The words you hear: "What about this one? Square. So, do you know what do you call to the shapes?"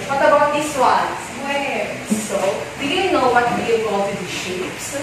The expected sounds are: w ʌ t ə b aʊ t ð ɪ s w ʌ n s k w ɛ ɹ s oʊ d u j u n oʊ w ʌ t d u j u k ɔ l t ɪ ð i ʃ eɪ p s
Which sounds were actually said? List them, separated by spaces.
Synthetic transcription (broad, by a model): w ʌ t ə b aʊ t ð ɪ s w ʌ n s w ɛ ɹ s oʊ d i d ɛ n oʊ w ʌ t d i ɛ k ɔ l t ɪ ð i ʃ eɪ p s